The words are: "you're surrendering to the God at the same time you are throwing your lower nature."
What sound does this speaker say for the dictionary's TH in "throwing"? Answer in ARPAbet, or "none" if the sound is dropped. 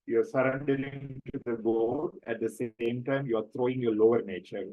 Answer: T